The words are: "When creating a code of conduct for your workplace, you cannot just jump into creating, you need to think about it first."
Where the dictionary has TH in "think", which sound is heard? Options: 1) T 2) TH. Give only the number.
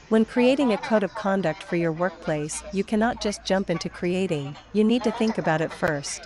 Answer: 2